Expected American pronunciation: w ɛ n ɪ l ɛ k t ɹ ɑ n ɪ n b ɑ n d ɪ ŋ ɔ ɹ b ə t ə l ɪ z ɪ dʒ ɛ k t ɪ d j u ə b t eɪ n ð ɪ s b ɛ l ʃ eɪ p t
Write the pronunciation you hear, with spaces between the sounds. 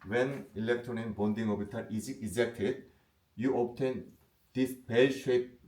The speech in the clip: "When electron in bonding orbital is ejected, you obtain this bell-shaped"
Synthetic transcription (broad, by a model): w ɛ n ɪ l ɛ k t ɹ ɑ n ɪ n b ɑ n d ɪ ŋ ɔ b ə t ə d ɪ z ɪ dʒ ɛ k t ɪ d j u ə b t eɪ n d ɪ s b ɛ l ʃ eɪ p